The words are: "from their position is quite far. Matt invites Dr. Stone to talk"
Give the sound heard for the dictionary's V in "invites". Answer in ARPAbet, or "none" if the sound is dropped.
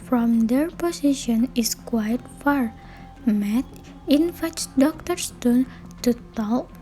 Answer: F